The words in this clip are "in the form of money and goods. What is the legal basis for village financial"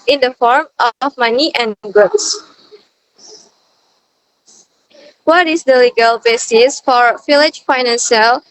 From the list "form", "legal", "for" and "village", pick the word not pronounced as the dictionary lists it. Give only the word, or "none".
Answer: village